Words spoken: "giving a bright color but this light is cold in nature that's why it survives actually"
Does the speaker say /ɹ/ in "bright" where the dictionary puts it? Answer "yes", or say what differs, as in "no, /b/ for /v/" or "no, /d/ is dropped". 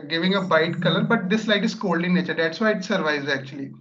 no, /ɹ/ is dropped